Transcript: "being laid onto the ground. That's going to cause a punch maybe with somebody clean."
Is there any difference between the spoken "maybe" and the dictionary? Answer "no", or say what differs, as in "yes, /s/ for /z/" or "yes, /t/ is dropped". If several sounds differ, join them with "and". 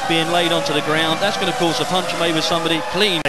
yes, /b/ is dropped